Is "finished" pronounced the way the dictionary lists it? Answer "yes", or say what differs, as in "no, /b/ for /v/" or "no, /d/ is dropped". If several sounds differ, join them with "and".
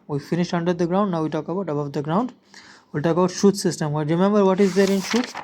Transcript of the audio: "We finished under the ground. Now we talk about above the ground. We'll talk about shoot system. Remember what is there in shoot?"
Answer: yes